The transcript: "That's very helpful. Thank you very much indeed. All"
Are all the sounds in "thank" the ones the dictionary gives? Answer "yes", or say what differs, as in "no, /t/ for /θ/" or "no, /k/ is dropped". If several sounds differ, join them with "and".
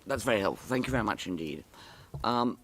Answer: yes